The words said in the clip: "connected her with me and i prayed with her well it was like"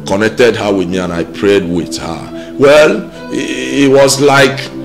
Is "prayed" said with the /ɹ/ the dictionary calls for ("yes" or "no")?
yes